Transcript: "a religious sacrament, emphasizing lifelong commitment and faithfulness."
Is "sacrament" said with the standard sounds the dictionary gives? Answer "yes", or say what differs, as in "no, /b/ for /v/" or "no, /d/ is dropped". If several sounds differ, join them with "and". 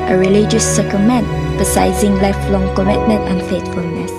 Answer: no, /ɹ/ is dropped